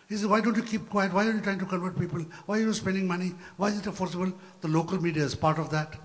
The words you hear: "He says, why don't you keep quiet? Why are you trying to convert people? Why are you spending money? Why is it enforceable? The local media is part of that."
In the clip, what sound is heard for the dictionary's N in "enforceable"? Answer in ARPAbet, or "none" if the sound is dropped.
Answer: none